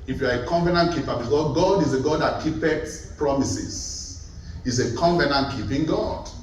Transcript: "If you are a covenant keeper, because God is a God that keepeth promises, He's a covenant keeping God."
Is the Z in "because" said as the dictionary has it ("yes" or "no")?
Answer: no